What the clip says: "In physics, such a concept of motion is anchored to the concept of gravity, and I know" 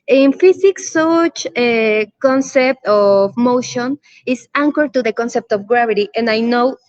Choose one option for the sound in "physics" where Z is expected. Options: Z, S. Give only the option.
S